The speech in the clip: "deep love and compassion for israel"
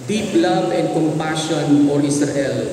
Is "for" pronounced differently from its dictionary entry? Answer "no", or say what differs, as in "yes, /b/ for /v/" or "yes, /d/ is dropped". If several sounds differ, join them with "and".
yes, /l/ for /ɹ/